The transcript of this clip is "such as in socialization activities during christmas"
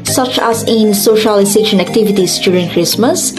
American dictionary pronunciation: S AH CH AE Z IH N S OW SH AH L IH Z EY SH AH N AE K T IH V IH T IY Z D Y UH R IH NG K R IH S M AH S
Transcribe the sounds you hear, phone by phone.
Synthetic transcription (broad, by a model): S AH CH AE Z IH N S OW SH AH L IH S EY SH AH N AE K T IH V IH T IY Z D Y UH R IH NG K R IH S M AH S